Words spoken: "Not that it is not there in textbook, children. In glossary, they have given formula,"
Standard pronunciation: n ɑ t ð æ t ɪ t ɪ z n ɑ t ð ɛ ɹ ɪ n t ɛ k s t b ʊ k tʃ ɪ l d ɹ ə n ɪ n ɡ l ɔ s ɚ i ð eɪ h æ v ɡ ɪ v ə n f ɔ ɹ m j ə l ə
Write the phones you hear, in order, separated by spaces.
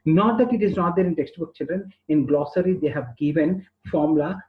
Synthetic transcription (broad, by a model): n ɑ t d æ t ɪ t ɪ z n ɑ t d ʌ ɹ ɪ n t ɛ k s t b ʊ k tʃ ɪ l d ɹ ə n ɪ n ɡ l ɔ s ɚ i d eɪ h æ v ɡ ɪ v ə n f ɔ ɹ m l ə